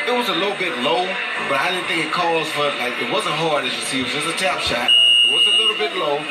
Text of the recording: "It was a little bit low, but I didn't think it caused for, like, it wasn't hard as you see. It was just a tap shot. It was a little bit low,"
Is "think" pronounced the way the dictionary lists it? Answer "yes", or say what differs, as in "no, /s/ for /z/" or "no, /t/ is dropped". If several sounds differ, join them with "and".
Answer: no, /k/ is dropped